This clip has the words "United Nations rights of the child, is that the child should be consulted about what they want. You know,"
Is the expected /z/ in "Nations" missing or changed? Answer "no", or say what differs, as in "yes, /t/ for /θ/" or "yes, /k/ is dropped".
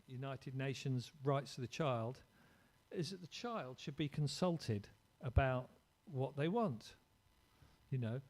no